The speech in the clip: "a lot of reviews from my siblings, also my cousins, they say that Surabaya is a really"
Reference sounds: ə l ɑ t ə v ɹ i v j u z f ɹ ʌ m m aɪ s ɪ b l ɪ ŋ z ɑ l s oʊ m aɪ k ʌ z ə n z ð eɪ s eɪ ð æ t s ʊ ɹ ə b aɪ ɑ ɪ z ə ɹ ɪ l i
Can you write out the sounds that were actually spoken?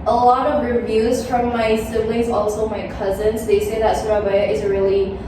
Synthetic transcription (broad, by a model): ə l ɑ t ə v ɹ i v j u z f ɹ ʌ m m aɪ s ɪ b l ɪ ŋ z ɑ l s oʊ m aɪ k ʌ z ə n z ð eɪ s eɪ ð æ t s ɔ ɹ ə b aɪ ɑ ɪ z ɹ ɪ l i